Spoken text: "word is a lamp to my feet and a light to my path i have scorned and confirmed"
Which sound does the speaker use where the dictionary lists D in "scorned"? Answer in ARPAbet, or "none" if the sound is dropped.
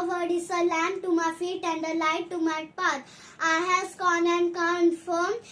none